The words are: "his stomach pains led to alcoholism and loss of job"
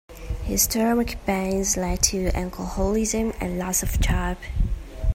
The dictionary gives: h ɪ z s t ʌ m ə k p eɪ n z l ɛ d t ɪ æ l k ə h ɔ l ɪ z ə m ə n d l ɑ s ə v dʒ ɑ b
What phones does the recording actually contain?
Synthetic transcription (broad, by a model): h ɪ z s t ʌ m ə k b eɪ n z l ɛ d t ɪ æ l k ə h ɔ l ɪ z ə m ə n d l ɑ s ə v tʃ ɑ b